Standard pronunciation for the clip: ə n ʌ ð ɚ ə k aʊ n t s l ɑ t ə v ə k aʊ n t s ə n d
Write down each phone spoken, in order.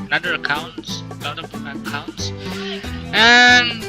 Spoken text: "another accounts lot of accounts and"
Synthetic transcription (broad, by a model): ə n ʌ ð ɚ ə k aʊ n t s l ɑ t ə p ə k aʊ n t s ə n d